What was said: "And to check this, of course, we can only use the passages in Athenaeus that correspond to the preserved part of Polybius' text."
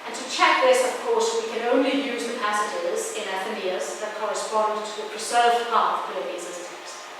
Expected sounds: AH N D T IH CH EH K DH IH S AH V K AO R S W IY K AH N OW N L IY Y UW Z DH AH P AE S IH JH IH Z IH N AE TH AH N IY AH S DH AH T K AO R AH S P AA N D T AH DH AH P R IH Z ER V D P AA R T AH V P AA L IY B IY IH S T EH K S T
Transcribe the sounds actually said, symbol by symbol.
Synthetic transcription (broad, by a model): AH N T IH CH EH K DH IH S AH V K AO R S W IY K AH N OW N L IY Y UW Z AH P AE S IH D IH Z IH N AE F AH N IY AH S DH AH T K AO R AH S P AA N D T AH DH AH P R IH S ER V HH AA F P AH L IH N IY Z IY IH T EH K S